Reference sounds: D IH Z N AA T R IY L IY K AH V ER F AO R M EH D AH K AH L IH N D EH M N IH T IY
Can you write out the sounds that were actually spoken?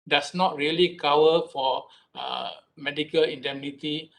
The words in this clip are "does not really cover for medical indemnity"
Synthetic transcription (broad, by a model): D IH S N AA T R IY L IY K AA W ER F AO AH M EH D AH K AH L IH N D EH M N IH T IY